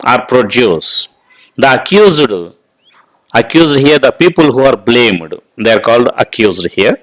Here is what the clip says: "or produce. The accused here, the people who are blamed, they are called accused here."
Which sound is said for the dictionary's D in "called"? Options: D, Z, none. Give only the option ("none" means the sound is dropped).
D